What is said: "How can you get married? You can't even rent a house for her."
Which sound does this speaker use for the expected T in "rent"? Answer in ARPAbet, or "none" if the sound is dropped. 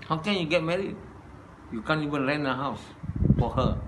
none